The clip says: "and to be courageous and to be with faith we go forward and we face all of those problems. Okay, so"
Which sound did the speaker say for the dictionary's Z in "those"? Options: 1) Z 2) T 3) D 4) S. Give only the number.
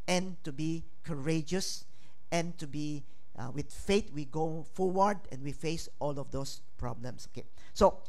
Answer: 4